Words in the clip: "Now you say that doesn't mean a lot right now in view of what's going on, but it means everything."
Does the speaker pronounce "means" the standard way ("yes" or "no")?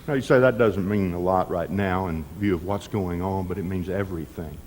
yes